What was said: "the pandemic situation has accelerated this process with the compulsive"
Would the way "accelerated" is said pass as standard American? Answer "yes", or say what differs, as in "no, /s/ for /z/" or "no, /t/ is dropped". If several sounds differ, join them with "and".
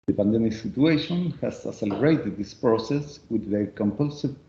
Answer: no, /k/ is dropped